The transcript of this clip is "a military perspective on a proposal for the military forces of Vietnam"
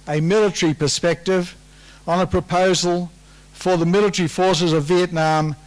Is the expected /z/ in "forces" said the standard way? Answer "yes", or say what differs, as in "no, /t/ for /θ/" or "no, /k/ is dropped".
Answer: yes